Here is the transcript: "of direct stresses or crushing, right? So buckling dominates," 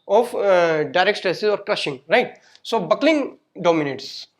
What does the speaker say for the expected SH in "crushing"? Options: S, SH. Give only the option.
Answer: SH